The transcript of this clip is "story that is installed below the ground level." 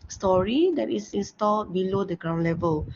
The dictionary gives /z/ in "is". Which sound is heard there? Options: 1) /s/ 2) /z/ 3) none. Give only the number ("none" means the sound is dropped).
1